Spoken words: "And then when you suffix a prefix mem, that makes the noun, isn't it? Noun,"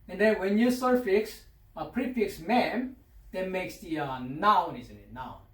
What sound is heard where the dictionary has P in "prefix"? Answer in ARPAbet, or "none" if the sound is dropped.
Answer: P